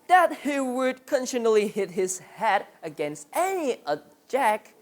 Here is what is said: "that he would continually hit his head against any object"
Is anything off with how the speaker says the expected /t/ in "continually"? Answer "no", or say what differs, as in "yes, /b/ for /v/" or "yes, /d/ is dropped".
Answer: yes, /s/ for /t/